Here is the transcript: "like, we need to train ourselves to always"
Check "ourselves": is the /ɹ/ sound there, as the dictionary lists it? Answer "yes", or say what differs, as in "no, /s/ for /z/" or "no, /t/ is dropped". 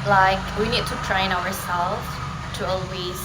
no, /w/ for /ɹ/